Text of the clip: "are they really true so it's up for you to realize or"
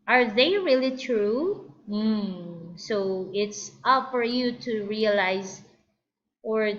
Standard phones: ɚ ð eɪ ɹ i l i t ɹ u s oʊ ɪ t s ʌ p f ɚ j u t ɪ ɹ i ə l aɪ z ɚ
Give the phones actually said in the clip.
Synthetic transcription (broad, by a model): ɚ ð eɪ ɹ i l i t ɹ u s oʊ ɪ t s ʌ p f ɚ j u t ɪ ɹ i ə l aɪ z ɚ